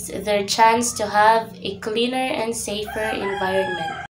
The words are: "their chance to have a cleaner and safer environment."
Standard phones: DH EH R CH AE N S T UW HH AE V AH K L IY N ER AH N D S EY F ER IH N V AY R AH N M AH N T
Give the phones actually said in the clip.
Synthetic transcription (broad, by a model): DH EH R CH AE N S T UW HH AE V AH K L IY N ER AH N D S EY F ER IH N V AY R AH N M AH N T